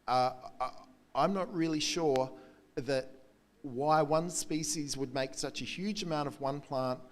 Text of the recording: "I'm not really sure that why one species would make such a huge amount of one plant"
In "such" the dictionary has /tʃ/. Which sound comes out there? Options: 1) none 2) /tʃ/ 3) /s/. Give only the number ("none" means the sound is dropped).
2